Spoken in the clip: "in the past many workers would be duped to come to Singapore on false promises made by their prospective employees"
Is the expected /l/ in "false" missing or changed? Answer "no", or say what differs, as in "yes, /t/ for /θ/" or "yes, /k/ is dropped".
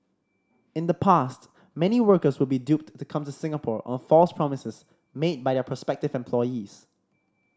no